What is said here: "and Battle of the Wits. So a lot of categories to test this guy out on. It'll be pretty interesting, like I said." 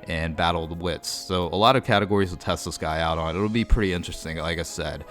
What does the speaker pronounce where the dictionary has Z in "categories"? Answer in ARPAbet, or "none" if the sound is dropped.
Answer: Z